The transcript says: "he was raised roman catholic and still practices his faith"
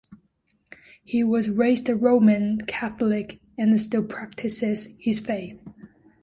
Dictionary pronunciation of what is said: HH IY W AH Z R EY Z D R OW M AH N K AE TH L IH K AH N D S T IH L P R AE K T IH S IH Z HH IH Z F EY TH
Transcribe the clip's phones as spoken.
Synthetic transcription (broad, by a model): HH IY W AH Z R EY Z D R OW M AH N K AE TH L IH K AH N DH S T IH L P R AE K T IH S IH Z HH IH Z F EY TH